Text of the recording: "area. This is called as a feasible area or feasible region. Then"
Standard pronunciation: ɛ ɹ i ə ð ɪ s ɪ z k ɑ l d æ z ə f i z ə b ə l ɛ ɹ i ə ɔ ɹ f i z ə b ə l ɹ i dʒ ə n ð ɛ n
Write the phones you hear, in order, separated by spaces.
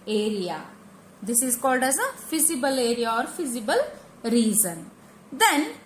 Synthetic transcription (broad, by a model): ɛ ɹ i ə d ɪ s ɪ z k ɑ l d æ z ə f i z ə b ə l ɛ ɹ i ə ɔ ɹ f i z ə b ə l ɹ i z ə n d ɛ n